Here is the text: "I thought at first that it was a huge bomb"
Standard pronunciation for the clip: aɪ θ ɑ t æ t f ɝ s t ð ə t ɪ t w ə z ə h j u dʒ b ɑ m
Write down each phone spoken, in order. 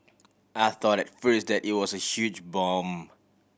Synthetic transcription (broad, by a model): aɪ θ ɑ t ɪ t f ɝ s t ð ə t ɪ t w ə z ə h j u dʒ b ɑ m